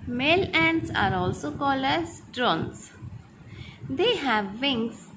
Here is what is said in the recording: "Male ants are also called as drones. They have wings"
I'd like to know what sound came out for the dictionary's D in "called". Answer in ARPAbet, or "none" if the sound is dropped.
none